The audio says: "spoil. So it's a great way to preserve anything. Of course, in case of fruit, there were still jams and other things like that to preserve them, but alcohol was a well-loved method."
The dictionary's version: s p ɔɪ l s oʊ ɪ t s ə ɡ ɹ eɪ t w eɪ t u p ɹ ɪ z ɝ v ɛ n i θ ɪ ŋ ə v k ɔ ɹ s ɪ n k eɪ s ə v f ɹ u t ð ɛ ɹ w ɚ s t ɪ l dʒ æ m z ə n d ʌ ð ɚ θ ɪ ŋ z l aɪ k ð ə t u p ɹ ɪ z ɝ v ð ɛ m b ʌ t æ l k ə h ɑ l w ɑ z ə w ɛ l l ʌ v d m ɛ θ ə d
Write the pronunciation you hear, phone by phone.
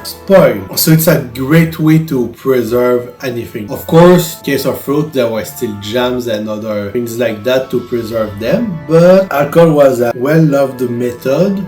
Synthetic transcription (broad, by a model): s p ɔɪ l s oʊ ɪ t s ə ɡ ɹ eɪ t w eɪ t u p ɹ ɪ z ɝ v ɛ n i θ ɪ ŋ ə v k ɔ ɹ s k eɪ s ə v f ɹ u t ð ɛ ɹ w ɚ s t ɪ l dʒ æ m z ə n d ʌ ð ɚ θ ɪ ŋ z l aɪ k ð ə t u p ɹ ɪ z ɝ v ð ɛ m b ʌ t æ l k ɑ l w ɑ z ə w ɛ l l ʌ v d m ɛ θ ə d